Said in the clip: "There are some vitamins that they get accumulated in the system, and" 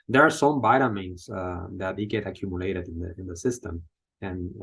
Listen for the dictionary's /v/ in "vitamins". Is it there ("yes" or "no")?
no